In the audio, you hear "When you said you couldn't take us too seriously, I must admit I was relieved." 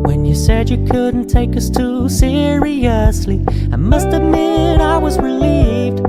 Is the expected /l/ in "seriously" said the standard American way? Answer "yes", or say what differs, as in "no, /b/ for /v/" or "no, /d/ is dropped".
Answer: yes